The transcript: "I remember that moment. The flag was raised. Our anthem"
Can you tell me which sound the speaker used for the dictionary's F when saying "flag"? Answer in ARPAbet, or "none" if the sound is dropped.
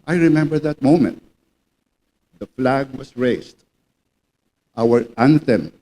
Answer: F